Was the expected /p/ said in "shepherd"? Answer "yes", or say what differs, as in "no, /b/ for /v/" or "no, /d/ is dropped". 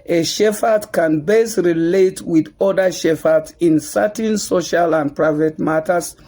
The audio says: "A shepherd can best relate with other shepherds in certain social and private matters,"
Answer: no, /f/ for /p/